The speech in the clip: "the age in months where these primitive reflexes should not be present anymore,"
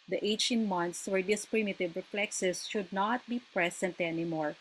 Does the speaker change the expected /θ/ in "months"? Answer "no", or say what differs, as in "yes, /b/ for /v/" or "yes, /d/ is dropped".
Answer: yes, /t/ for /θ/